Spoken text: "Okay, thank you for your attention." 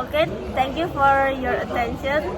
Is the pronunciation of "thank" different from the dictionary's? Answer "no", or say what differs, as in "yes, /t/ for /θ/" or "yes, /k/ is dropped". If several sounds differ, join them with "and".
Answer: yes, /t/ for /θ/